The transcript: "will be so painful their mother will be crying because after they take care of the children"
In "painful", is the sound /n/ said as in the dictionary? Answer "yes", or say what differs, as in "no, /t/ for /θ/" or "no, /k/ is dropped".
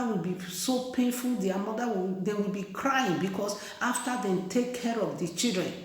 yes